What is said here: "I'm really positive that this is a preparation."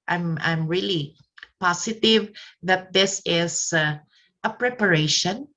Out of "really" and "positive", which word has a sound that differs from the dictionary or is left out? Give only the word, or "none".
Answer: positive